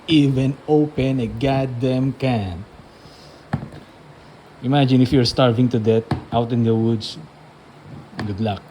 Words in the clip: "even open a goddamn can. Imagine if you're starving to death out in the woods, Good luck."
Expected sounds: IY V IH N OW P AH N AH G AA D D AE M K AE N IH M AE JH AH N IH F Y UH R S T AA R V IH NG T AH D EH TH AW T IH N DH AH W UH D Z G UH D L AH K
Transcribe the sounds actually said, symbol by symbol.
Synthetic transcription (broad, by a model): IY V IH N OW P AH N AH G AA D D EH M K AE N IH M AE JH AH N IH F Y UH R S T AA R V IH NG T AH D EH T AW T IH N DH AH W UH D S G UH D L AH K